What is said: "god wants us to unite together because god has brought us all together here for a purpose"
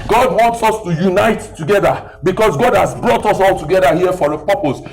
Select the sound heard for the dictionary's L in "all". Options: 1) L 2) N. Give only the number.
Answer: 1